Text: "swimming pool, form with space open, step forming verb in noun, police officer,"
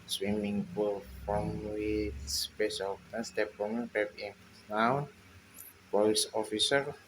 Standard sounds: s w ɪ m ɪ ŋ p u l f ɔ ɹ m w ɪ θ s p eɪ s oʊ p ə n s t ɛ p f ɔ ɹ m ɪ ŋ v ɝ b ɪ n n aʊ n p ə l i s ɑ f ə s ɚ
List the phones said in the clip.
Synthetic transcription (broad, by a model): s w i m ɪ ŋ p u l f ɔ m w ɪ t s p eɪ s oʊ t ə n s t ɛ p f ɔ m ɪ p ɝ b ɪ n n aʊ n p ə i s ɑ f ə s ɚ